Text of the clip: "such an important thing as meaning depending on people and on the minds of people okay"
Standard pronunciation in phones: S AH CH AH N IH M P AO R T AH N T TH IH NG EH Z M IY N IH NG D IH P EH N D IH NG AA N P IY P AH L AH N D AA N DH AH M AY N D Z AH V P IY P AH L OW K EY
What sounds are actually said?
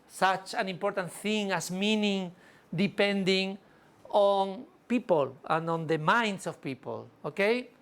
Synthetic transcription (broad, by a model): S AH CH AH N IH M P AO R T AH N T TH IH NG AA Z M IY N IH NG D IH P EH N D IH NG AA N P IY P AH L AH N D AA N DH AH M AY N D S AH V P IY P AH L OW K EY